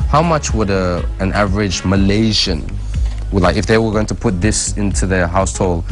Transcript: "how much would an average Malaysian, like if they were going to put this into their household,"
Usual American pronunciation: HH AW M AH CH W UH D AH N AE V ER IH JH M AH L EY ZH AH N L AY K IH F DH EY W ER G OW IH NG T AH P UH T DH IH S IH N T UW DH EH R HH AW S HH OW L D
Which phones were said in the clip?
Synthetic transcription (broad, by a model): HH AW M AH CH W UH D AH N AE V ER IH JH M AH L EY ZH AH N L AY K IH F DH EY W ER G OW IH NG T AH P UH T DH IH S IH N T UW DH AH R HH AW S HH OW L